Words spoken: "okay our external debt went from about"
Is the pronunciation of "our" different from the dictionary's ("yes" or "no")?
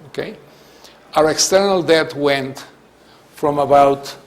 no